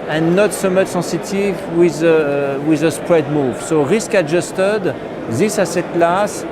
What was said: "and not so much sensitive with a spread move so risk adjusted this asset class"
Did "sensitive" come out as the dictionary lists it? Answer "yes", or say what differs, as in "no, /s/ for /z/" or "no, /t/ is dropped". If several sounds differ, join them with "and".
no, /n/ is dropped